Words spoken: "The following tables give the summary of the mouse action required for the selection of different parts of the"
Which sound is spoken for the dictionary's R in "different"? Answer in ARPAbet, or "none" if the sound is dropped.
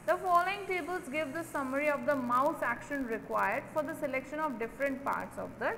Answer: R